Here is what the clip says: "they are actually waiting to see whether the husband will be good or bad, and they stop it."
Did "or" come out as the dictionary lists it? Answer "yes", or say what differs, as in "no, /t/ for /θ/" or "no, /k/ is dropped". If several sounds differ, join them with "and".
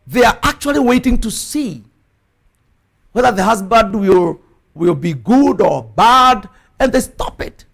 yes